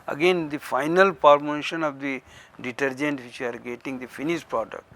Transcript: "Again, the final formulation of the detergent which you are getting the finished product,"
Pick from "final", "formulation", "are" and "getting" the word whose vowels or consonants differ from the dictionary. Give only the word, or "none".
formulation